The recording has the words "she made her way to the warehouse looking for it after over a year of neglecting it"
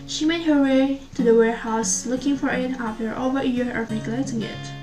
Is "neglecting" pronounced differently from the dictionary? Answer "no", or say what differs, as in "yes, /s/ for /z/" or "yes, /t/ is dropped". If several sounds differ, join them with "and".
yes, /k/ is dropped